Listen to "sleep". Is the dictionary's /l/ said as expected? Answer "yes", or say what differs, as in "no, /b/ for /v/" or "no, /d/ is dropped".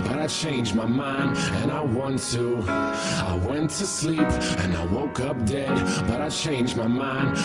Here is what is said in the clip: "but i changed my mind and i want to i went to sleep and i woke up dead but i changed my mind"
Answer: yes